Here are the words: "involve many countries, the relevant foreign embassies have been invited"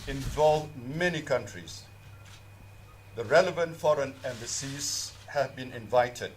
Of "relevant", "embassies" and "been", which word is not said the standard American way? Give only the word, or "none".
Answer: none